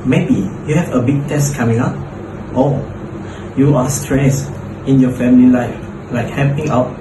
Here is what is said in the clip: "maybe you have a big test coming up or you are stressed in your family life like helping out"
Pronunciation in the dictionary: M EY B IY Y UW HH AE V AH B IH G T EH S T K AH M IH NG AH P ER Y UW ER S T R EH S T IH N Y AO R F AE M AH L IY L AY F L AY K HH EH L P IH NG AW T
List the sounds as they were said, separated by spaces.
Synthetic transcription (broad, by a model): M EY B IY Y UW HH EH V AH B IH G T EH S K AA M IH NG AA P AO Y UW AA S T R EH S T IH N Y AO F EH M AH L IY L AY F L AY K HH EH P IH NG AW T